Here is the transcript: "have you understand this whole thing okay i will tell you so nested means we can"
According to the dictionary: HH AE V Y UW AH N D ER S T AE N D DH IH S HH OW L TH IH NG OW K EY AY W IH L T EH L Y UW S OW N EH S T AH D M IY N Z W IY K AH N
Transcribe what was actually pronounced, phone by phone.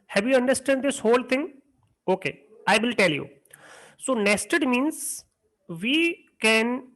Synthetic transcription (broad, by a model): HH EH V Y UW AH N D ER S T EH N D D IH S HH OW L T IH NG OW K EY AY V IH L T EH L Y UW S OW N EH S T AH D M IY N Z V IY K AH N